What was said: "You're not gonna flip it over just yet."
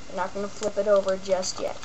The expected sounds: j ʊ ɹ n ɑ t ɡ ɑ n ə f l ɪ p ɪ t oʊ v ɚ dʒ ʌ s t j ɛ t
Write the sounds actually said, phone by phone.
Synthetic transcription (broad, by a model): n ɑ t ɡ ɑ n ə f l ɪ p ɪ t oʊ v ɚ dʒ ʌ s t j ɛ t